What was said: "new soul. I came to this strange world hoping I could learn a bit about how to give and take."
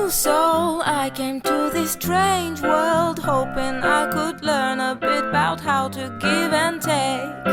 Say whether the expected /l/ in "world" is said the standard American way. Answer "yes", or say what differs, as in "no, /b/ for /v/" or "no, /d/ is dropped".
yes